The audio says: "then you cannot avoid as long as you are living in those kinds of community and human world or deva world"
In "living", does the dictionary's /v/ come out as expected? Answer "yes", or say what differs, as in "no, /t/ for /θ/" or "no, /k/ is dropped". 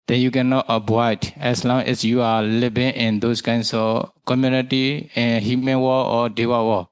no, /b/ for /v/